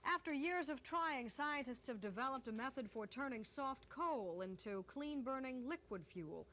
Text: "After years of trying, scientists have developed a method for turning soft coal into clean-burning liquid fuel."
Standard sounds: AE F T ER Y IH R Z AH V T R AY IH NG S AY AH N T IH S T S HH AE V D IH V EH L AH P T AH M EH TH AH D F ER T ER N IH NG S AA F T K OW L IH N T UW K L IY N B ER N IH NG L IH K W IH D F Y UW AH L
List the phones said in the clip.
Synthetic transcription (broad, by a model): AE F T ER Y IH R Z AH V T R AY IH NG S AY AH N T IH S T S HH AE V D IH V EH L AH P T AH M EH TH AH D F ER T ER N IH NG S AA F T K OW L IH N T UW K L IY N B ER N IH NG L IH K W IH D F Y UW L